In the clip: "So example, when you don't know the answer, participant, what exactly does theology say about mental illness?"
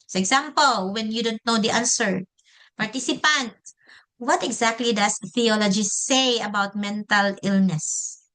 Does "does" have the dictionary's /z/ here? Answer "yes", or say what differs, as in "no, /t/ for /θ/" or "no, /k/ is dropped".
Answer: no, /s/ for /z/